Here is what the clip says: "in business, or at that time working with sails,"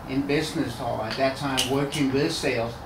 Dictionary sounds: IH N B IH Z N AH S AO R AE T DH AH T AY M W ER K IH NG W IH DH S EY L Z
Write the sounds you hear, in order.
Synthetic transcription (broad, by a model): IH N B IH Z N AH S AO L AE T DH AH T AY M W ER K IH NG W IH DH S EY L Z